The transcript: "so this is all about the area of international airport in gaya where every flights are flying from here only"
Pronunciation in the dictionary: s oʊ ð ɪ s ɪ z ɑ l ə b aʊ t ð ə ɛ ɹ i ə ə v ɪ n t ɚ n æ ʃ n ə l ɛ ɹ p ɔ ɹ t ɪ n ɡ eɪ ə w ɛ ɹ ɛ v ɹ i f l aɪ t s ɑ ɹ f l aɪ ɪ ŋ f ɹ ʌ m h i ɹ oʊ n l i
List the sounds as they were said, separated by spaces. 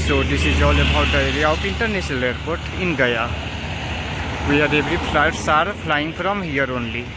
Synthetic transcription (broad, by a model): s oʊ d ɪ s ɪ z ɑ l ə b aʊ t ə ɛ ɹ i ə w p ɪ n t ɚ n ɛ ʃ n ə l ɛ ɹ p ɔ ɹ t ɪ n ɡ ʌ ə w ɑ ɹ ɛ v ɹ i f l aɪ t s ɑ ɹ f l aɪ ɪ ŋ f ɹ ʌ m h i ɹ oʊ n l i